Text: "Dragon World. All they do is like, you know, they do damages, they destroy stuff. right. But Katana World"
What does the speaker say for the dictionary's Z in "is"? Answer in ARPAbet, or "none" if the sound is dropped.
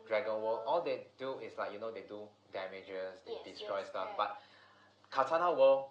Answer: S